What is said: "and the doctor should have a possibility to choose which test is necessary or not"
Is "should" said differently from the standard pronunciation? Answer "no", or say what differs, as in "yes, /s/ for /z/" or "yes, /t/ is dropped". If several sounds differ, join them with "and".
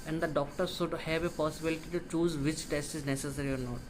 yes, /s/ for /ʃ/